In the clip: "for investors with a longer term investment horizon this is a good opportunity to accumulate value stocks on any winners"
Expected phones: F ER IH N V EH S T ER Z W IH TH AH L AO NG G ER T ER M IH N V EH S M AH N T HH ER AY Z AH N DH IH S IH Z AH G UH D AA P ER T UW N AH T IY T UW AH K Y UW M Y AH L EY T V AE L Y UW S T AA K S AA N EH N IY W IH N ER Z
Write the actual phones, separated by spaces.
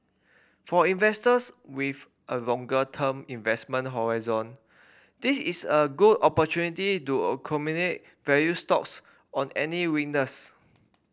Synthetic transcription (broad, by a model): F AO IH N V EH S T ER S W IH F AH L AO NG G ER T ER M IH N V EH S M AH N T HH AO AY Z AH N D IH S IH S AH G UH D AA P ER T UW N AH T IY T UW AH K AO M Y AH N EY T V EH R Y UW S T AA K S AA N EH N IY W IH N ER S